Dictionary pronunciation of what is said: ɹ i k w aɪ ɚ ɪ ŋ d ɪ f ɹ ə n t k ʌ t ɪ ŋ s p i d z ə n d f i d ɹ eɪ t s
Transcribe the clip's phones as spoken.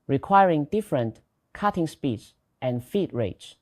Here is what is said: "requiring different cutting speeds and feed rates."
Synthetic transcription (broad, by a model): ɹ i k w aɪ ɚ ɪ ŋ d ɪ f ɹ ə n t k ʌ t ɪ ŋ s p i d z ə n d f i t ɹ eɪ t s